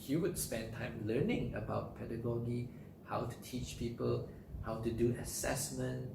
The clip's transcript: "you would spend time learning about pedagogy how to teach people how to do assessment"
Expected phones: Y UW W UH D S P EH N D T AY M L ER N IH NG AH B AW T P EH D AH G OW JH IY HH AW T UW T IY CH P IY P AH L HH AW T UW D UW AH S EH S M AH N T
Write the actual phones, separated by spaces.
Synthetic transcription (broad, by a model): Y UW W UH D S P EH N T AY M L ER N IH NG AH B AW T P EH D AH G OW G IY HH AW T UW T IY CH P IY P AH L HH AW T UW D UW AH S EH S M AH N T